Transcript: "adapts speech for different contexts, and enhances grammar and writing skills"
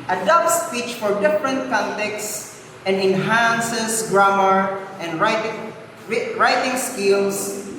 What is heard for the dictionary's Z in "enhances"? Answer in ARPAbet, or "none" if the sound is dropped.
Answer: S